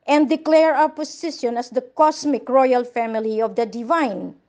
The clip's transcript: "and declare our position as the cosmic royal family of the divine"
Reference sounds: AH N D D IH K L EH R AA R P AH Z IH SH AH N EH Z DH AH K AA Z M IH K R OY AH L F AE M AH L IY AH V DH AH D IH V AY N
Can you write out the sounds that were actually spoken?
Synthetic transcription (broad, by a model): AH N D D IH K L EH R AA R P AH S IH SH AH N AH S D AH K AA S M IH K R OY AH L F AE M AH L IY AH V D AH D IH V AY N